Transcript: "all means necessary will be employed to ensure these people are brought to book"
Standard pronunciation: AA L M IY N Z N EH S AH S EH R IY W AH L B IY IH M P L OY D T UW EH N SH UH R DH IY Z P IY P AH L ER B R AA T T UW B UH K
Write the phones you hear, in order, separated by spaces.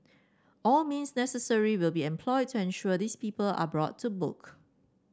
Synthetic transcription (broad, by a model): AA L M IY N S N EH S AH S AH R IY W AH L B IY IH M P L OY D T UW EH N SH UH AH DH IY S P IY P AH L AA B R AA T T UW B UH K